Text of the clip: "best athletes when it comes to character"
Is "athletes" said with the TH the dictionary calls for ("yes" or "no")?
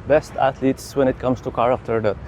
no